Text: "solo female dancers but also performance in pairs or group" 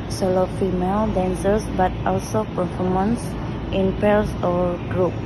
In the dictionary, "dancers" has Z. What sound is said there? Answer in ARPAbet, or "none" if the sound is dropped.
S